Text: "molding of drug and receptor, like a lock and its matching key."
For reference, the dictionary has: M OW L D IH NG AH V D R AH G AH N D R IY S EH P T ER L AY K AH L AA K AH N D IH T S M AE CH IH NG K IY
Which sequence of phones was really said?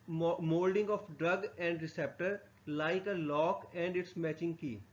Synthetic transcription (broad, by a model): M OW L D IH NG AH F D R AH G AH N D R IY S EH P T ER L AY K AH L AA K AH N D IH T S M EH CH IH NG K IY